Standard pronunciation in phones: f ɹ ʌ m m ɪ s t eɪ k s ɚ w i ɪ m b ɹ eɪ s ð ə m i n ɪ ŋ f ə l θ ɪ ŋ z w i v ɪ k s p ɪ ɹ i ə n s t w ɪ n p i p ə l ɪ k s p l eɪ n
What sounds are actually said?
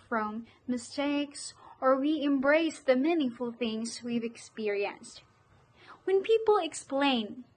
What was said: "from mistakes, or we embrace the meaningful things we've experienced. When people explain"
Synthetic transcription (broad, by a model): f ɹ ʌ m m ɪ s t eɪ k s ɚ w i ɪ m b ɹ eɪ s ð ə m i n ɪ ŋ f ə l θ ɪ ŋ z w i v ɪ k s p ɪ ɹ i ə n s t w ɪ n p i p l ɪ k s p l eɪ n